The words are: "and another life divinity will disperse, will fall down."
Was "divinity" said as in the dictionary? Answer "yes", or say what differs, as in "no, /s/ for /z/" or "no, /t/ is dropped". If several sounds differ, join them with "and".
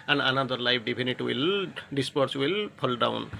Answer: no, /b/ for /v/